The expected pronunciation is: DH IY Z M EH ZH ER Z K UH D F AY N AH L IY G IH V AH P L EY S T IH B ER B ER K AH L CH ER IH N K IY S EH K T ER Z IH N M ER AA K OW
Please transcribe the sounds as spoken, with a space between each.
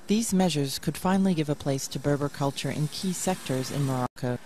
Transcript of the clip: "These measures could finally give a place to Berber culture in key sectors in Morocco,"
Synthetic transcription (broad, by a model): DH IY Z M EH ZH ER Z K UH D F AY N L IY G IH V AH P L EY S T IH B ER B ER K AH L CH ER IH N K IY S EH K T ER Z IH N M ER AA K OW